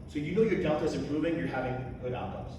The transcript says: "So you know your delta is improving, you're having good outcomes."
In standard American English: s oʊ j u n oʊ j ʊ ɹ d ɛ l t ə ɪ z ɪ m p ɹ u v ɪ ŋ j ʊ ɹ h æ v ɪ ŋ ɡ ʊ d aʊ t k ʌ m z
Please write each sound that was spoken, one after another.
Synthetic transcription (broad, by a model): s oʊ j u n oʊ j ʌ ɹ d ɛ l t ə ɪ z ɪ m p ɹ u v ɪ ŋ j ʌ ɹ h æ v ɪ ŋ ɡ ʊ d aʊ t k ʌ m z